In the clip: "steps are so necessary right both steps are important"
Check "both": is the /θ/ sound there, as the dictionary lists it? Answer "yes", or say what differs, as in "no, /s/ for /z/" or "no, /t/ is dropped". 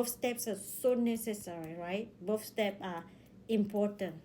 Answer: no, /f/ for /θ/